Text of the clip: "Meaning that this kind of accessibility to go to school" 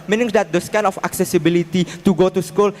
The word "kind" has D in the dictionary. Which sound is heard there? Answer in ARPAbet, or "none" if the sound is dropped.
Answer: none